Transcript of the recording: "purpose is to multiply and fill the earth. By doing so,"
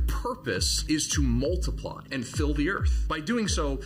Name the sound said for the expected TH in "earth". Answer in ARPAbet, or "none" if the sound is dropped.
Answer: TH